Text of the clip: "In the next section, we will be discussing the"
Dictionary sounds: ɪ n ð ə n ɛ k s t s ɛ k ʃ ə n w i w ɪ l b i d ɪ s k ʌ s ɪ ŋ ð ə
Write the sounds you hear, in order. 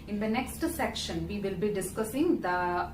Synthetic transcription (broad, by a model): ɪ n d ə n ɛ k s t s ɛ k ʃ ə n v i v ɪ l b i d ɪ s k ʌ s ɪ ŋ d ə